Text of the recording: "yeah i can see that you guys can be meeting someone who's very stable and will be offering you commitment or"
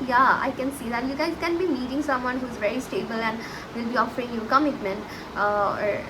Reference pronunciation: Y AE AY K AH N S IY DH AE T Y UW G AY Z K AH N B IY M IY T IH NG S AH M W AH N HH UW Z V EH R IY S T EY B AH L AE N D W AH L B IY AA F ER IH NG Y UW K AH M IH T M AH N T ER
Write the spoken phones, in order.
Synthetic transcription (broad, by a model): Y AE AY K AH N S IY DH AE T Y UW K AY K AH N B IY M IY T IH NG S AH M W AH N HH UW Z V EH R IY S T EY B AH L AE N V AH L B IY AA F ER IH NG Y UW K AH M IH T M AH N T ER